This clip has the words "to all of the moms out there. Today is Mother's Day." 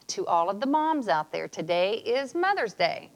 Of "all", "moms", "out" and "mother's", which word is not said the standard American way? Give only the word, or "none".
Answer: none